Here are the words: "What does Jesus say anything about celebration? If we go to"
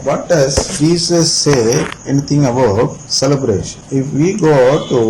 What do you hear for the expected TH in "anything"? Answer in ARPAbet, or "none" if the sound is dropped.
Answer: T